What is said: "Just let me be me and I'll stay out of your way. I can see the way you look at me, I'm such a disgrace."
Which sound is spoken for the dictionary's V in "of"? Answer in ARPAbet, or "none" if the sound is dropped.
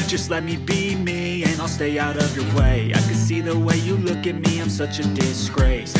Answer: V